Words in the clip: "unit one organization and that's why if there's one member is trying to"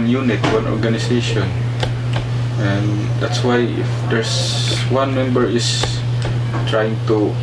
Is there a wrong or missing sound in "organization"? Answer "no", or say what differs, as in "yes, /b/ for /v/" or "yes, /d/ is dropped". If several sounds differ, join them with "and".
yes, /s/ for /z/